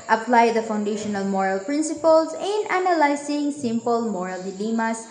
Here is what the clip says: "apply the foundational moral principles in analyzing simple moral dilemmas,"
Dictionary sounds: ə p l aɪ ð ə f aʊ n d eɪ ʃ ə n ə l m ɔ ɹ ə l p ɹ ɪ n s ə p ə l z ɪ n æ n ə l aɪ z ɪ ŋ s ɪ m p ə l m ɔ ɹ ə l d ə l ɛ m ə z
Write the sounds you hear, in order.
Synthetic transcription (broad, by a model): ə p l aɪ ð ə f aʊ n d eɪ ʃ ə n ə l m ɔ ɹ ə l p ɹ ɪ n s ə p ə l s ɪ n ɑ n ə l aɪ s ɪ ŋ s ɪ m p ə l m ɔ ɹ ə l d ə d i m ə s